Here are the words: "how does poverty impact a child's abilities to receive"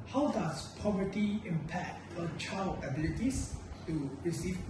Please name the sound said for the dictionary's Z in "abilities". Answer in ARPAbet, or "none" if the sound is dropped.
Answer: S